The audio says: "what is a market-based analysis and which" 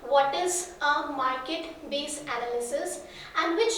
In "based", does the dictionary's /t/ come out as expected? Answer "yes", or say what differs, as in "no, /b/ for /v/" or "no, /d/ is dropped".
no, /t/ is dropped